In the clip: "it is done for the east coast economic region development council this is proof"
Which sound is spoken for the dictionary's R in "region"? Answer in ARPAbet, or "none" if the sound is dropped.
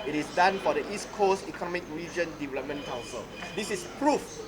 R